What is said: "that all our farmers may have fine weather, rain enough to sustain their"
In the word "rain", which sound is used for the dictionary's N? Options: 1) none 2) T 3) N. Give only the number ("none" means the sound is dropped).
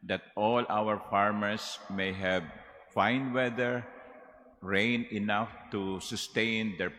3